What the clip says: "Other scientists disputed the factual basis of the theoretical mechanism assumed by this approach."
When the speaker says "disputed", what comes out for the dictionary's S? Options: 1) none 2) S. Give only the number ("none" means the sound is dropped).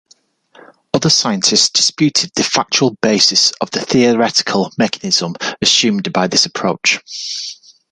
2